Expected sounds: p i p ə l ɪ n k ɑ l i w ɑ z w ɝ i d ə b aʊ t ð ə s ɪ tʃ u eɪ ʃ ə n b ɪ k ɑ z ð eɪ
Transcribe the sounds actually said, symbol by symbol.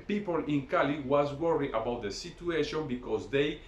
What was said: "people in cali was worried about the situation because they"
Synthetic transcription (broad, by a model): p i p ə l ɪ n k ɑ l i w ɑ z w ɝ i ə b aʊ t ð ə s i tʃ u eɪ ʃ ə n b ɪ k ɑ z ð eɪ